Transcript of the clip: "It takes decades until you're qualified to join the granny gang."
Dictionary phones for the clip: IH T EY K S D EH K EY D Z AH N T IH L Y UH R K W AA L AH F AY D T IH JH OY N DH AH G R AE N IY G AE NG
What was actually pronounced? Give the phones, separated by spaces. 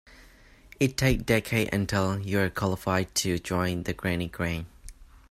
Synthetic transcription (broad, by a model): IH T EY K D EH K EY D AH N T IH L Y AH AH K W AA L AH F AY D T IH JH OY N DH AH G R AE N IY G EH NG